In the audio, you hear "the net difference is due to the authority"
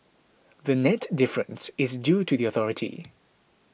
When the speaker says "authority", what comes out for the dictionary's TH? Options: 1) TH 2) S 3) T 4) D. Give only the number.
1